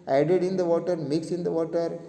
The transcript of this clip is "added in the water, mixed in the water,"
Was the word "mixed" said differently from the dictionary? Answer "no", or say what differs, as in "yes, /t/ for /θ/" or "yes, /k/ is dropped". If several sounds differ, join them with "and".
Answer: yes, /t/ is dropped